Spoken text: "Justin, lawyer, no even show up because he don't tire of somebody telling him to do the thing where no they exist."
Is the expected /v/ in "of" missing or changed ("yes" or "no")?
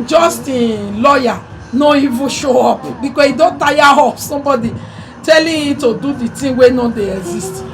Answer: yes